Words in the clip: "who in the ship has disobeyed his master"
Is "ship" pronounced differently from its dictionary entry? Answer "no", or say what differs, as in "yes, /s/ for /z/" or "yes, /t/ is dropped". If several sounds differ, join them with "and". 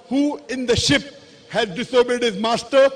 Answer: no